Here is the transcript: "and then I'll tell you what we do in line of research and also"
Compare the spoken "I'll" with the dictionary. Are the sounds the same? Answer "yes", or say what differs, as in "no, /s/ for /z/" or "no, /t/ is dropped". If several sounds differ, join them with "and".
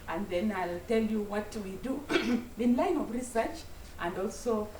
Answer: yes